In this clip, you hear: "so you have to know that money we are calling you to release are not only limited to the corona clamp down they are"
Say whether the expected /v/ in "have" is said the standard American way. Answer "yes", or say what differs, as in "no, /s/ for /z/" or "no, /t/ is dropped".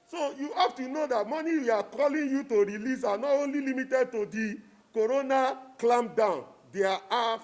no, /f/ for /v/